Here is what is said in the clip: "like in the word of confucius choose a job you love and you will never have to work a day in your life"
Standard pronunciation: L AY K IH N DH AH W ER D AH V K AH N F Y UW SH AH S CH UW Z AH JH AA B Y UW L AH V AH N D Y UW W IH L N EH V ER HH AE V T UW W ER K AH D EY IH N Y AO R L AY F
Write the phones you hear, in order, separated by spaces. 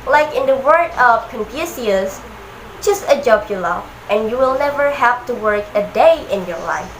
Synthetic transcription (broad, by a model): L AY K IH N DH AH W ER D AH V K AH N P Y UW S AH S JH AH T AH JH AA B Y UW L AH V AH N Y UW W IH L N EH V ER HH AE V T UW W ER K AH D EY IH N Y AO R L AY F